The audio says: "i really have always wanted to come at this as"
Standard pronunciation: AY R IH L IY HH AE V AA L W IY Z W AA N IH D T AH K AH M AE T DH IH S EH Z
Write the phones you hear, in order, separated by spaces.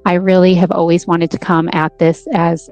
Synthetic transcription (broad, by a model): AY R IH L IY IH V AA L W IY Z W AA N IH D T AH K AH M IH T DH IH S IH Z